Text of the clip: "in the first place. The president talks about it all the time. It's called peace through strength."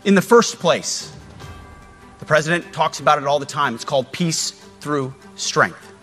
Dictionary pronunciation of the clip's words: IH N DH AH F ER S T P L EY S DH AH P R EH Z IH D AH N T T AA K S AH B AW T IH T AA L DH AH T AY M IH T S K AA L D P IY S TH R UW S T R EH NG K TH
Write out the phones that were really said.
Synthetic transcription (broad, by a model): IH N DH AH F ER S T P L EY S DH AH P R EH Z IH D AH N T T AA K S AH B AW T IH T AA L DH AH T AY M IH T S K AA L D P IY S TH R UW S T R EH NG K TH